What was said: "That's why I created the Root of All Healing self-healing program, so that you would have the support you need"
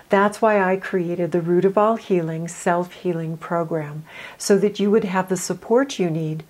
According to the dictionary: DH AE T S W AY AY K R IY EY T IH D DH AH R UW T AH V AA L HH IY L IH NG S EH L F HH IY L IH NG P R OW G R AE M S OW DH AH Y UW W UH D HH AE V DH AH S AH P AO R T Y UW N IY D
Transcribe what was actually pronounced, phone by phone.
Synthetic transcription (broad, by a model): DH AE T S W AY AY K R IY EY T IH D DH AH R UW T AH V AA L HH IY L IH NG S EH L F HH IY L IH NG P R OW G R AE M S OW DH AH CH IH W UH D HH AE V DH AH S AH P AO R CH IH N IY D